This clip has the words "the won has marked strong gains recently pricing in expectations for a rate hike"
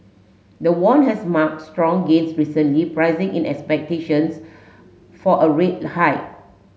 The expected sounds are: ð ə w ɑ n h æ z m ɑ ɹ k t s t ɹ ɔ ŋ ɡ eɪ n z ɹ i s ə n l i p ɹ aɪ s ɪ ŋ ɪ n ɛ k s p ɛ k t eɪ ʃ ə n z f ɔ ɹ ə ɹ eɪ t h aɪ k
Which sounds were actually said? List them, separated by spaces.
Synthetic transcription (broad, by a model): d ə w ɑ n h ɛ s m ɑ k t s t ɹ ɔ ŋ ɡ eɪ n s ɹ i s ə n l i p ɹ aɪ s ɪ ŋ ɪ n ɛ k s p ɛ k t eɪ ʃ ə n s f ɔ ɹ ə ɹ eɪ t h aɪ